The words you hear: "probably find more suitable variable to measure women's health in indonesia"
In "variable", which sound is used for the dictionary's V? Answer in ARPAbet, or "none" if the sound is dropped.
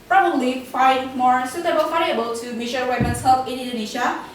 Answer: F